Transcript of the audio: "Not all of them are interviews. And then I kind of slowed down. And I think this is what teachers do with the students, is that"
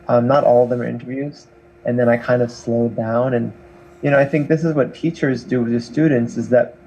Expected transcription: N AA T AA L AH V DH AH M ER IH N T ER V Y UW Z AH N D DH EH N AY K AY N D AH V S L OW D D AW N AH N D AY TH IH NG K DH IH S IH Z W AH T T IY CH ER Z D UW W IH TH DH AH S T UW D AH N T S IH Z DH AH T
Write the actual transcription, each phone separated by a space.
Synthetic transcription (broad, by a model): N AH T AA L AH V DH AH M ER IH N T ER V Y UW Z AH N DH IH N AY K AY N D AH V S L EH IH D AW N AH N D AY TH IH NG K DH IH S IH Z W AH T T IY CH ER Z D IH W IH DH AH S T UW D N T S IH Z DH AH T